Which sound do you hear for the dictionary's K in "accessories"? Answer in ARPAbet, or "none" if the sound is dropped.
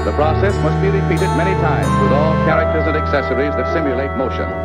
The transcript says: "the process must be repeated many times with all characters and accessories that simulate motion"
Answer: K